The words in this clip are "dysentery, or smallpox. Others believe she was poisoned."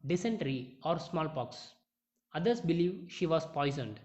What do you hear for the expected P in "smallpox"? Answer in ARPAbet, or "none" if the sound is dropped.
P